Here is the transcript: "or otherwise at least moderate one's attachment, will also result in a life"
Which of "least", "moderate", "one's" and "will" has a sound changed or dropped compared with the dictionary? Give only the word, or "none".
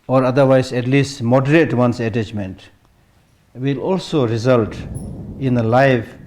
one's